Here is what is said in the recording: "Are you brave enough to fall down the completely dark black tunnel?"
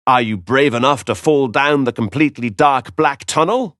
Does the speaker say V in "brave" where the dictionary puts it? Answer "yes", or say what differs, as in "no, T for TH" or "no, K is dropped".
yes